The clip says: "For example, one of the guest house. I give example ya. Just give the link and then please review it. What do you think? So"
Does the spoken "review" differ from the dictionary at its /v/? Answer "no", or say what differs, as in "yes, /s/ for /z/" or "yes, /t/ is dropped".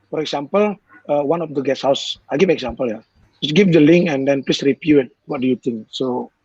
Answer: yes, /p/ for /v/